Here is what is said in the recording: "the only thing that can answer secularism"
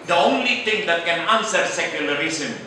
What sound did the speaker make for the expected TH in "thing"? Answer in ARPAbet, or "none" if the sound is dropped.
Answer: T